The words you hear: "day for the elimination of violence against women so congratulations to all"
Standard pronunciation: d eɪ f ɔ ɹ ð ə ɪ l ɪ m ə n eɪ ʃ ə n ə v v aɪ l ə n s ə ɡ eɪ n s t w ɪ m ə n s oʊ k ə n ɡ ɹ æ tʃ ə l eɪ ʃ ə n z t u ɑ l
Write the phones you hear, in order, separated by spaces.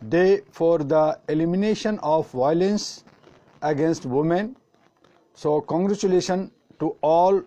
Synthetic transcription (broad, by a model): d eɪ f ɔ ɹ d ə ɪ l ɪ m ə n eɪ ʃ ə n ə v v aɪ l ə n s ə ɡ eɪ n s t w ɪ m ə n s oʊ k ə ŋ ɡ ɹ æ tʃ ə l eɪ ʃ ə n t u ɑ l